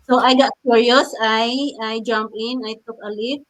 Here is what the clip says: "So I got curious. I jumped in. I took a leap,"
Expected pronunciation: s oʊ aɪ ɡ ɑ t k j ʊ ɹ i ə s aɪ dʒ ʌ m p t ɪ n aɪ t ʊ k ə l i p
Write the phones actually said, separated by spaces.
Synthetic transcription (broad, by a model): s oʊ aɪ ɡ ɑ t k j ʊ ɹ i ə s aɪ dʒ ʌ m p ɪ n aɪ t ʊ k ə l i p